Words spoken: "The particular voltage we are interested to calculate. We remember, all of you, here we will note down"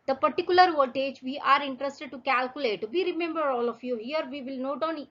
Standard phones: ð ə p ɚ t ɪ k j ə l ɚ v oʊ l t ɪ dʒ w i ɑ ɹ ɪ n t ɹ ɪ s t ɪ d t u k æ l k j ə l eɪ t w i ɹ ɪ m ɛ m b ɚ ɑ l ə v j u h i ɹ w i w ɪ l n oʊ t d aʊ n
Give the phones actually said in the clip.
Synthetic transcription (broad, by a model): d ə p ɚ t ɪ k j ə l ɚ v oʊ t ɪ dʒ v i ɑ ɹ ɪ n t ɹ ɪ s t ɪ d t u k æ l k j ə l eɪ t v i ɹ ɪ m ɛ m b ɚ ɑ l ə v j u h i ɹ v i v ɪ l n oʊ t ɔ n